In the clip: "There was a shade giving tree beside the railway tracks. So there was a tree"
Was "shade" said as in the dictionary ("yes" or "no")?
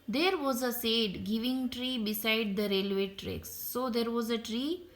no